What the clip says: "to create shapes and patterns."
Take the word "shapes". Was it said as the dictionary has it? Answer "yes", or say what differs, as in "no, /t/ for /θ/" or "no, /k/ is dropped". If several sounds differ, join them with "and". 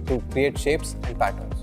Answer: yes